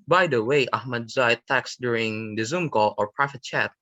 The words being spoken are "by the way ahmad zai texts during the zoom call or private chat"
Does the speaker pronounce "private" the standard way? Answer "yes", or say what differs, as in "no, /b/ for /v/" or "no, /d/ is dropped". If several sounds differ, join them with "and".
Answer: no, /f/ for /v/